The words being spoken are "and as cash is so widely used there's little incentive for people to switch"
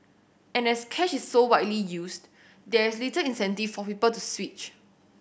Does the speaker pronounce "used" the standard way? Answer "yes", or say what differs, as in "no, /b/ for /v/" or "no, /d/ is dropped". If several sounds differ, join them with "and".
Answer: no, /s/ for /z/